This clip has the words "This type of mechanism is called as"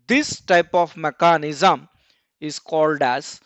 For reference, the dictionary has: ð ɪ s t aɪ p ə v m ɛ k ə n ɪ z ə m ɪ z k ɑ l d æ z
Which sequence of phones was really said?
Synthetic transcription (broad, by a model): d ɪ s t aɪ p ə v m ɛ k ə n ɪ z ə m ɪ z k ɑ l d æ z